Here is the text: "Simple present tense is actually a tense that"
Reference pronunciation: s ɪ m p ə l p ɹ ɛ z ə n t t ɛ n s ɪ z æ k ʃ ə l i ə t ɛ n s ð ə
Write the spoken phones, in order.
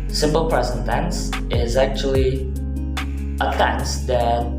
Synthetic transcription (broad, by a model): s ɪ m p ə l p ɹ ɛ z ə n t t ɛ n s ɪ z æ k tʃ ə l i ə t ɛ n s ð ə